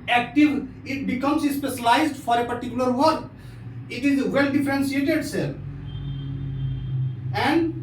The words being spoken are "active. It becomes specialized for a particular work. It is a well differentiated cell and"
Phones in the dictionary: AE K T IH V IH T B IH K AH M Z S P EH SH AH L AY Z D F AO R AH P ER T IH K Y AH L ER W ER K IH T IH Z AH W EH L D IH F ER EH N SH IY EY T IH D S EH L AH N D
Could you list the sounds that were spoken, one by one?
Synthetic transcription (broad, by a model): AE K T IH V IH T B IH K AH M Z S P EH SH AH L AY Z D F AO R AH P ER T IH K Y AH L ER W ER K IH T IH Z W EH L D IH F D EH N S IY EY T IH D S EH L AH N D